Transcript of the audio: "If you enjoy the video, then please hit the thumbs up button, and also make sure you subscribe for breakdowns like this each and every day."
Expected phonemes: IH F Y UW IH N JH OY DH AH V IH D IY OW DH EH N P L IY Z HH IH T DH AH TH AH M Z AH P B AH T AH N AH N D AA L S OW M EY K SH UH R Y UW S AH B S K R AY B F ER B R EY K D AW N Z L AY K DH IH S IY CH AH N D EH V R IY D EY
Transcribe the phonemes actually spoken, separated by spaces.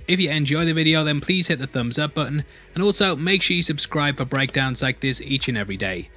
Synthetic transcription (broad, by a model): IH F Y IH IH N JH OY DH AH V IH D IY OW DH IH N P L IY Z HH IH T DH AH TH AH M Z AH P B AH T N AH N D AA L S OW M EY K SH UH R Y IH S AH B S K R AY B F ER B R EY K D AW N Z L AY K DH IH S IY CH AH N EH V R IY D EY